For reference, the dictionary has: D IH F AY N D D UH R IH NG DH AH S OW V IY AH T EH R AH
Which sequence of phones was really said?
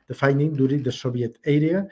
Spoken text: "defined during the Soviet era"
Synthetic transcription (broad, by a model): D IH F AY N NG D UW R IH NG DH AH S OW B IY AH T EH R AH